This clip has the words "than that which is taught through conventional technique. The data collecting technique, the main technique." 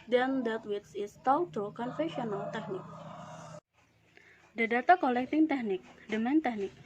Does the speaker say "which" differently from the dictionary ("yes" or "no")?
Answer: yes